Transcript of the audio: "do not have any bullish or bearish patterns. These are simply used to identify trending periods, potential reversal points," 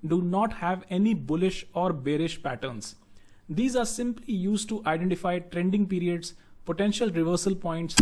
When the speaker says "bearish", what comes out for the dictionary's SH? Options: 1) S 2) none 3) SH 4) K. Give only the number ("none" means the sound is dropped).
3